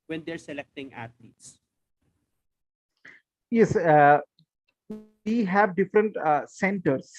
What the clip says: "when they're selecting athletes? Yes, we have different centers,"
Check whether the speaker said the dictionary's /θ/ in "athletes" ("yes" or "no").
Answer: no